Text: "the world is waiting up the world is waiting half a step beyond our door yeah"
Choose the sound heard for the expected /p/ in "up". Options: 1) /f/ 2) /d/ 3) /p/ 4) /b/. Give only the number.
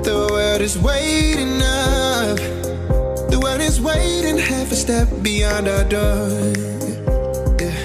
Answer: 1